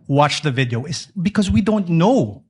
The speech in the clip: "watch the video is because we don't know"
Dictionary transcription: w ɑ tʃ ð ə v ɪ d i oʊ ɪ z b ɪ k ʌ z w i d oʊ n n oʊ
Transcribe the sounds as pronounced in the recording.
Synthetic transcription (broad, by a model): w ɑ tʃ ð ə v ɪ d i oʊ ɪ s b ɪ k ʌ z w i d oʊ n n oʊ